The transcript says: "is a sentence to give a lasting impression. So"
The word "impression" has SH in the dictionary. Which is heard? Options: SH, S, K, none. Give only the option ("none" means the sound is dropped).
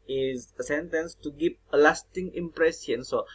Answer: S